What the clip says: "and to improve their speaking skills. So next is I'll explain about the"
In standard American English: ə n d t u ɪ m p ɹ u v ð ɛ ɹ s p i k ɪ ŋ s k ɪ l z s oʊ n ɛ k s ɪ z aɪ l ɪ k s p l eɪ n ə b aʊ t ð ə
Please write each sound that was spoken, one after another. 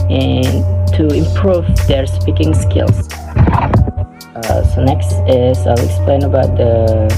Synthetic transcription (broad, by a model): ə n t u ɪ m p ɹ u v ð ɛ ɹ s p i k ɪ ŋ s k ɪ l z s oʊ n ɛ k s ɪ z aɪ l ɪ k s p l eɪ n ə b aʊ t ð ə